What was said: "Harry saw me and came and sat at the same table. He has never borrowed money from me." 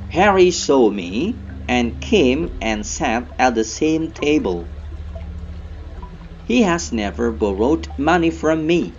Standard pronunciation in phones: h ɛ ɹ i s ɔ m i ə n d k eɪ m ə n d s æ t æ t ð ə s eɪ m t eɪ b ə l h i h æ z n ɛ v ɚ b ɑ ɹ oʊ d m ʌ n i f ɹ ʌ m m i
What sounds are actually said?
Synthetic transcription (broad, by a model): h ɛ ɹ i s ɔ m i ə n k eɪ m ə n s æ t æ t ð ə s eɪ m t eɪ b ə l h i h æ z n ɛ v ɚ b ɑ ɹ oʊ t m ʌ n i f ɹ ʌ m m i